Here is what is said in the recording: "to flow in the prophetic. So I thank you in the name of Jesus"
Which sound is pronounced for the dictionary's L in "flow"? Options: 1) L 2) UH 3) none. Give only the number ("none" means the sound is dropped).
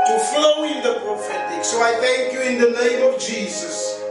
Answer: 1